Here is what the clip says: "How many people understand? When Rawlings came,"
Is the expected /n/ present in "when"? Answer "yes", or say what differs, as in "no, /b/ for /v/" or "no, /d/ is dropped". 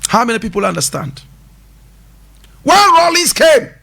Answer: no, /l/ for /n/